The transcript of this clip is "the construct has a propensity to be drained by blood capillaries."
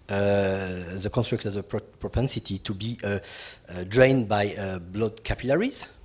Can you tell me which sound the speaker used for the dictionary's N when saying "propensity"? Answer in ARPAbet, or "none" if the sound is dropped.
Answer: N